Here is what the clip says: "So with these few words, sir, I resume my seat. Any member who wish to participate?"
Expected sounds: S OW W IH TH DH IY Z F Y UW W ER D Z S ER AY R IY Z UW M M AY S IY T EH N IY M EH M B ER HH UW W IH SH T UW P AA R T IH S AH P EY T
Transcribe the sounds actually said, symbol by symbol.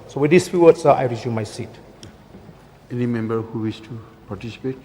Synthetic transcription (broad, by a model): S OW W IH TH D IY S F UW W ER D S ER AY R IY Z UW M M AY S IY T EH N IY M EH M B ER HH UW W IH S T UW P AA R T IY S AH P EY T